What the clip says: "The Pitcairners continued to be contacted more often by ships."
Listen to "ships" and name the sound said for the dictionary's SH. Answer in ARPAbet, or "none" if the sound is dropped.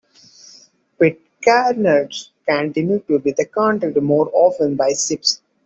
S